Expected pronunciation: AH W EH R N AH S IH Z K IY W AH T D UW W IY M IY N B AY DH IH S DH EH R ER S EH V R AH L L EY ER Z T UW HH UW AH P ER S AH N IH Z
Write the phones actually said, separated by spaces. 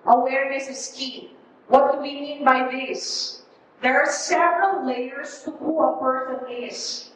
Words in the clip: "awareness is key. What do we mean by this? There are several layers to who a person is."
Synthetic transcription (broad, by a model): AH W EH R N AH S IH S K IY W AH T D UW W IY M IY N B AY DH IH S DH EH R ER S EH V R AH L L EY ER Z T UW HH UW AH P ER TH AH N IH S